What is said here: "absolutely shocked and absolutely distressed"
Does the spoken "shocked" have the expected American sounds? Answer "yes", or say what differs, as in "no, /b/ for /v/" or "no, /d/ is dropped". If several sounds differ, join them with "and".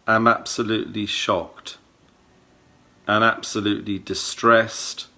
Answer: yes